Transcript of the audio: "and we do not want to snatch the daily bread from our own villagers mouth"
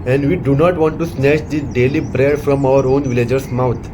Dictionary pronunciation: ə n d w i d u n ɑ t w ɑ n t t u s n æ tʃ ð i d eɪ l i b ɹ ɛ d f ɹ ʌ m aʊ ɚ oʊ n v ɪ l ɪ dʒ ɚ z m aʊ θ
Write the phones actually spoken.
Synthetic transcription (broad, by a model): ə n d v i d u n ɑ t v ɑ n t t u s n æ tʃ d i d eɪ l i b ɹ ɛ d f ɹ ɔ m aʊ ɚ oʊ n v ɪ l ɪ dʒ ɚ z m aʊ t